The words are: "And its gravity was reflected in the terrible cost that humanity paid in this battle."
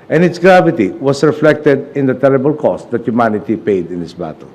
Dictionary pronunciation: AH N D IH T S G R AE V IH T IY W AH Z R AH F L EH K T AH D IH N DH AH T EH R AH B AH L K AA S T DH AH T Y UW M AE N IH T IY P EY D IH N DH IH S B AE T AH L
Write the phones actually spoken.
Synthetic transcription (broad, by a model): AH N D IH T S G R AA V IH T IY W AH S R AH F L EH K T AH D IH N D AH T EH R AH B AH L K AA S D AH T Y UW M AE N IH T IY P EY D IH N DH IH S B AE T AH L